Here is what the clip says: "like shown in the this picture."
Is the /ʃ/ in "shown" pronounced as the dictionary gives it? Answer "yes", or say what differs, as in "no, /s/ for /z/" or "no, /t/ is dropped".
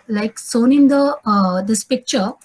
no, /s/ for /ʃ/